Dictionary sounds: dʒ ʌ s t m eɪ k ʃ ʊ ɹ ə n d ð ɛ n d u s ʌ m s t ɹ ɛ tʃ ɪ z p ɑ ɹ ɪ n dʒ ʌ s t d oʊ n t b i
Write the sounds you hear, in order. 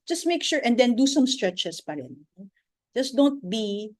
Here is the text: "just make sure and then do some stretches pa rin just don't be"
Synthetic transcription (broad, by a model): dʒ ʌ s t m eɪ k ʃ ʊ ɹ ə n d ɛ n d u s ʌ m s t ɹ ɛ tʃ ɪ s p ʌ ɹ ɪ n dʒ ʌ s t d oʊ n t b i